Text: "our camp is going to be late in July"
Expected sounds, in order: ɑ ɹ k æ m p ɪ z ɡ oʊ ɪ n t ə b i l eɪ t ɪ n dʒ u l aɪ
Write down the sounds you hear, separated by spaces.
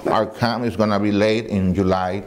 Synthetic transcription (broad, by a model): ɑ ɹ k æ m ɪ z ɡ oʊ n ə b i l eɪ t ɪ n dʒ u l aɪ